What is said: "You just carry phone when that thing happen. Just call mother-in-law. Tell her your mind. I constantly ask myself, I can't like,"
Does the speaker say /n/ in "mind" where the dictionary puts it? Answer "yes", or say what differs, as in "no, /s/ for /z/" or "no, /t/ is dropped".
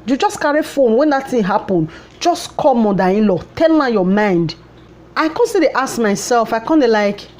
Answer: yes